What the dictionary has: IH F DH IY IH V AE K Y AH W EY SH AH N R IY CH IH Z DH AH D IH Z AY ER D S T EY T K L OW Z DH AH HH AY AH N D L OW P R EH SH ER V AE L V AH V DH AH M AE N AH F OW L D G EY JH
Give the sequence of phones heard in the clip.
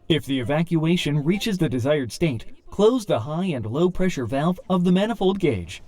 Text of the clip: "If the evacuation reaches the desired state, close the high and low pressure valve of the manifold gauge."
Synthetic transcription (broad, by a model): IH F DH IY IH V AE K Y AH EY SH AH N R IY CH IH Z DH AH D IH Z AY ER D S T EY T K L OW Z DH AH HH AY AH N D L OW P R EH SH ER V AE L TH AH V DH AH M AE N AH F OW L D G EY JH